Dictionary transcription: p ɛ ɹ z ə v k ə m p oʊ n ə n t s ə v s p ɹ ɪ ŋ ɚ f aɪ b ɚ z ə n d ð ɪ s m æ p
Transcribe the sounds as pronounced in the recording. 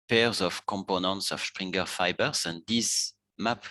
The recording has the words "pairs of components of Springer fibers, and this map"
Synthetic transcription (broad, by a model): p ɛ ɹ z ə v k ə m p oʊ n ə n t s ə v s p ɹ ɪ ŋ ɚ f aɪ b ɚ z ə n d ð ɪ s m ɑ p